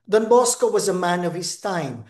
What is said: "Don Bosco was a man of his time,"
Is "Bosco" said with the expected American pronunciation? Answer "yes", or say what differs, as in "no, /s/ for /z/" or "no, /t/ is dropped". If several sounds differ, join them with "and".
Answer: yes